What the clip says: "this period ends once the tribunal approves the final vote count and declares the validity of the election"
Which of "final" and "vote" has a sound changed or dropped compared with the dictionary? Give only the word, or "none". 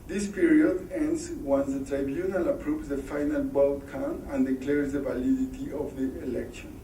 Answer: vote